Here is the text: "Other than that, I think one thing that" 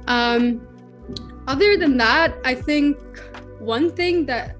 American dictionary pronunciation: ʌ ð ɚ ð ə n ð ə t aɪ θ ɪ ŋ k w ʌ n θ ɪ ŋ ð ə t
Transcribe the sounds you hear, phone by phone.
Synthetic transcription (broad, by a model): ʌ ð ɚ ð ə n ð ə t aɪ θ ɪ ŋ k w ʌ n θ ɪ ŋ ð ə t